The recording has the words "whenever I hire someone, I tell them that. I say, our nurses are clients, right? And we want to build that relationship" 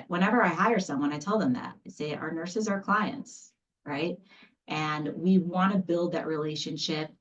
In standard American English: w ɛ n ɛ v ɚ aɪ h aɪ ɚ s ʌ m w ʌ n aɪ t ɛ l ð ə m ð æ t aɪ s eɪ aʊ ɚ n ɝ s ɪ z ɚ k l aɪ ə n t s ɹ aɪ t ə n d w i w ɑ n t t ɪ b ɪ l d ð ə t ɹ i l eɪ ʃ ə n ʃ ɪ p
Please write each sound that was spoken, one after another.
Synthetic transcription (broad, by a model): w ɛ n ɛ v ɚ aɪ h aɪ ɚ s ʌ m w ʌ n aɪ t ɛ l ð ə m ð æ t s eɪ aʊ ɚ n ɝ s ɪ z ɚ k l aɪ ə n t s ɹ aɪ t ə n w i w ɑ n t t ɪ b ɪ l d ð ə t ɹ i l eɪ ʃ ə n ʃ ɪ p